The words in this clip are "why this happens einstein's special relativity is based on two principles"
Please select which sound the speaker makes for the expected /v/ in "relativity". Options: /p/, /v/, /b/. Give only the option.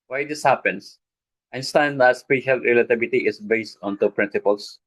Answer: /b/